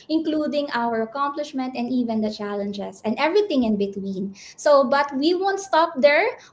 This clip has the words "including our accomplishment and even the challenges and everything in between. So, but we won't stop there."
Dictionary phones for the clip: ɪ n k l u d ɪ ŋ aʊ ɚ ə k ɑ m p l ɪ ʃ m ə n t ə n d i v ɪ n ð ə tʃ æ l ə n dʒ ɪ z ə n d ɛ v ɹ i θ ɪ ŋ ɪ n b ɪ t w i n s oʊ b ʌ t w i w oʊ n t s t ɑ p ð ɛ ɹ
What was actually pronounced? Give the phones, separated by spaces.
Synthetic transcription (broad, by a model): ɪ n k l u d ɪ ŋ aʊ ɚ ə k ɑ m p l ɪ ʃ m ə n t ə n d i v ɪ n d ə tʃ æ l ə n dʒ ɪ s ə n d ɛ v ɹ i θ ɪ ŋ ɪ n b ɪ t w i n s oʊ b ʌ t w i w oʊ n t s t ɑ p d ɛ ɹ